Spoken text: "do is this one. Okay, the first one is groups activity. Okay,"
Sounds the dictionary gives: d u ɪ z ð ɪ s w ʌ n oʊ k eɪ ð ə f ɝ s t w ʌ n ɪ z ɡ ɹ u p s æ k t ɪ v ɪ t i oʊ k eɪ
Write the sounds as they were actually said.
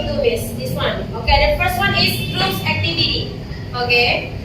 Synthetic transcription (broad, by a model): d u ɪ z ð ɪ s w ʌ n oʊ k eɪ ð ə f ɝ s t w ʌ n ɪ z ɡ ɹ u s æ k t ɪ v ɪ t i oʊ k eɪ